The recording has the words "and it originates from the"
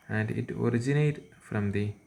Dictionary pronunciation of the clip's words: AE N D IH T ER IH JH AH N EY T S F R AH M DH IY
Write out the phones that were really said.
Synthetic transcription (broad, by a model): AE N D IH T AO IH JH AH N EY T F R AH M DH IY